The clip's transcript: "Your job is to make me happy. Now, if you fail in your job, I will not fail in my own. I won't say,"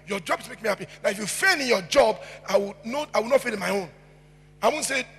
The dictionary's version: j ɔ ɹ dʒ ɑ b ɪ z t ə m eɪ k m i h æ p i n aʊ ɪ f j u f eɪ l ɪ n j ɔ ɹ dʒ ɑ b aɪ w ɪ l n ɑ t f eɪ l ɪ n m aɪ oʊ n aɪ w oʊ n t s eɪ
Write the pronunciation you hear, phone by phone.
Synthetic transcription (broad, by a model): j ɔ dʒ ɑ b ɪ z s m eɪ k m i h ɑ p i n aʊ ɪ f j u f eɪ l ɪ n j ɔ dʒ ɑ b aɪ w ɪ w n ɑ t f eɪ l ɪ n m aɪ oʊ n aɪ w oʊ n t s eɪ